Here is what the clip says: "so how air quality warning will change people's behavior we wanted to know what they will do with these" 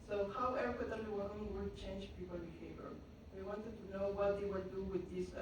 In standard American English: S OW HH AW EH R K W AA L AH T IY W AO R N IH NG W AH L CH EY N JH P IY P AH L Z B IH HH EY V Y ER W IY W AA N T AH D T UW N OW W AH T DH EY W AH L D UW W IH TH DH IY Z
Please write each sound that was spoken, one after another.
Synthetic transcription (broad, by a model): S OW HH AW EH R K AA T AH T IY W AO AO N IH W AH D CH EY N JH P IY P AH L B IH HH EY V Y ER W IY W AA N T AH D T UW N OW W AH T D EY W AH D UW W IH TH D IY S